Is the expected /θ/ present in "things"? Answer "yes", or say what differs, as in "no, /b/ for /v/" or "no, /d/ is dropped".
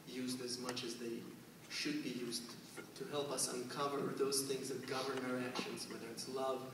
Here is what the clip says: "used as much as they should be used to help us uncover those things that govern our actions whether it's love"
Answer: yes